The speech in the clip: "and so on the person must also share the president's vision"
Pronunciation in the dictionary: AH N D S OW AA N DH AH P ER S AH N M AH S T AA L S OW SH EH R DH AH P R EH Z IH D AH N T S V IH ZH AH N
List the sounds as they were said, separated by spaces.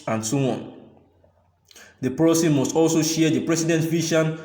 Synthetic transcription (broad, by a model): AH N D S OW AA N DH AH P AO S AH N M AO S T AA L S OW SH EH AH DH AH P R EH S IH D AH N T V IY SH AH N